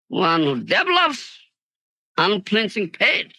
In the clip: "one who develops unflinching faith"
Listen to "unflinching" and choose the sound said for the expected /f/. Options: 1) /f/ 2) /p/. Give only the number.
2